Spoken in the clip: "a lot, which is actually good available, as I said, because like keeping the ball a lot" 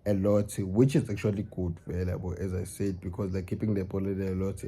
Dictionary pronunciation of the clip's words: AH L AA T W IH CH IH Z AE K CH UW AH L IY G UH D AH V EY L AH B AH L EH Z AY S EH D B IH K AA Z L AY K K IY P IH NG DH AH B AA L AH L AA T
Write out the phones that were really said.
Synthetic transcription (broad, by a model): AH L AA T W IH CH IH Z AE K CH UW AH L IY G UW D V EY L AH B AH L EH Z AY S EH D B IH K AA Z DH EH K K IY P IH NG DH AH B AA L AH L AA T